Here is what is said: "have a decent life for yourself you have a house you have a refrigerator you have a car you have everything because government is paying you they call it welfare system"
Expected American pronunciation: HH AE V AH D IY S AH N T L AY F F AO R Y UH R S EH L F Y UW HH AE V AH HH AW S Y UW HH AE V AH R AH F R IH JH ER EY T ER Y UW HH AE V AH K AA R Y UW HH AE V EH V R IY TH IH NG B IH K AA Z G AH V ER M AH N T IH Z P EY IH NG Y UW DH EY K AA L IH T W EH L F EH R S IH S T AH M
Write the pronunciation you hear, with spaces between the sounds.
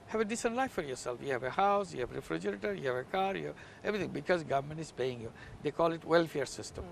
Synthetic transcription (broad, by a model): HH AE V AH D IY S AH N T L AY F F AO R Y UH R S EH L F Y UW HH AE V AH HH AW S Y UW HH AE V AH R AH F R IH JH ER EY T ER Y UW HH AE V AH K AA R Y UW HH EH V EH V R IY T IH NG B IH K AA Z G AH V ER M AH N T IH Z P EY IH NG Y UW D EY K AA L IH T W EH L F EH R S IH S T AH M